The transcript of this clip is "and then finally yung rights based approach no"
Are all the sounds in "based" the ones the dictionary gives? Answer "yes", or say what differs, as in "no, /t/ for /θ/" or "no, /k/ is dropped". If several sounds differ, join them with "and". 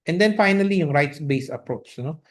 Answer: no, /t/ is dropped